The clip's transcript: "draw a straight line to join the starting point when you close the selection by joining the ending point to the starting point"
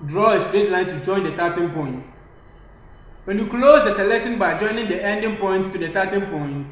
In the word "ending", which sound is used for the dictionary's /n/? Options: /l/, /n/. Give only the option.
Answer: /n/